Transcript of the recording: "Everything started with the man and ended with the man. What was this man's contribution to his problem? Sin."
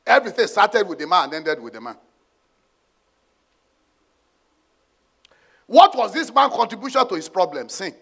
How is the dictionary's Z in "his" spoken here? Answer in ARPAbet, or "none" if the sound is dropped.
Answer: S